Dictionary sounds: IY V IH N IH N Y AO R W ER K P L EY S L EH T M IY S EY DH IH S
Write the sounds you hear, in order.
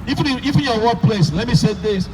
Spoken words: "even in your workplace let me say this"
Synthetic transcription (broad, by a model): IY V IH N IH N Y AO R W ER P L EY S L EH T M IY S EY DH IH S